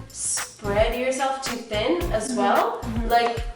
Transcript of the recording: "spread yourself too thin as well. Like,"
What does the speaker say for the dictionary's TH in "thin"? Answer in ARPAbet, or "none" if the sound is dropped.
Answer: TH